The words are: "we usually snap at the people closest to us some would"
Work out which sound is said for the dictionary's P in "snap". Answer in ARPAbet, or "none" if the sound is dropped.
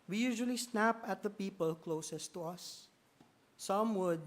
P